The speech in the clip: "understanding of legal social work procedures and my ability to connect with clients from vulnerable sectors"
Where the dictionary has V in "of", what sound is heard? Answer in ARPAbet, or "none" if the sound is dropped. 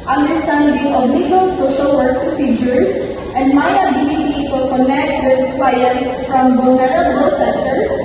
B